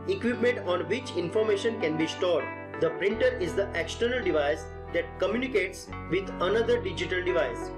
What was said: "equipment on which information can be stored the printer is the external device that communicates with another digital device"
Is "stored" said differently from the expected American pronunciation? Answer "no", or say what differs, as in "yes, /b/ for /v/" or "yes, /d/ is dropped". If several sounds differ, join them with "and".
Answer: no